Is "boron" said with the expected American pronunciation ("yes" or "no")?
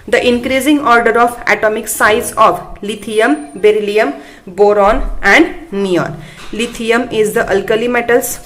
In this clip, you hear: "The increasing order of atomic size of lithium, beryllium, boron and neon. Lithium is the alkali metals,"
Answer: yes